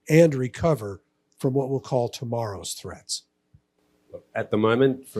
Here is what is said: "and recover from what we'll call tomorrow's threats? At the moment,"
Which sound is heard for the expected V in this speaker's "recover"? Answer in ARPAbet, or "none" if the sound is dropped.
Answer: V